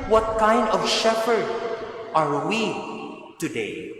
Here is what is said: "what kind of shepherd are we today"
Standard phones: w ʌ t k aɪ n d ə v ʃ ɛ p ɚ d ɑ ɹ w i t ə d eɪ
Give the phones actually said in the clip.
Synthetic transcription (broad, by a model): w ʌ t k aɪ n d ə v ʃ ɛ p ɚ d ɑ ɹ w i t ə d eɪ